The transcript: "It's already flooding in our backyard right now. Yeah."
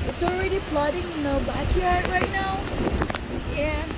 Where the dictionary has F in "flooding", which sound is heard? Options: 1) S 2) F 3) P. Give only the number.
3